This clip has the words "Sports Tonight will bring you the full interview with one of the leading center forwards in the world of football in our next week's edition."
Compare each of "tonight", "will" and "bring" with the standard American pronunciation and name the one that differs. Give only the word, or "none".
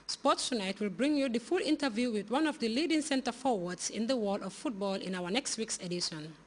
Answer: none